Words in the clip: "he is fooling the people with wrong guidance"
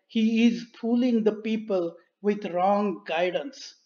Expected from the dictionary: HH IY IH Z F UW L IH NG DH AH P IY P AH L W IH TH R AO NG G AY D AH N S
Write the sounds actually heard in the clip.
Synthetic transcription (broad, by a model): HH IY IH Z P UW L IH NG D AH P IY P AH L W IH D R AO NG G AY D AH N S